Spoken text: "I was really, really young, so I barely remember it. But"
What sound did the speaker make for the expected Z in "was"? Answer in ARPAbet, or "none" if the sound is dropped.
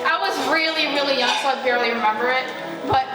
Z